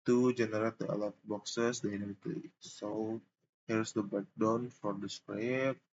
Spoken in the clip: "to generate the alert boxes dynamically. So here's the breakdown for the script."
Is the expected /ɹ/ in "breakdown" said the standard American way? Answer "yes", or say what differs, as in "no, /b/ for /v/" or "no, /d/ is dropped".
no, /ɹ/ is dropped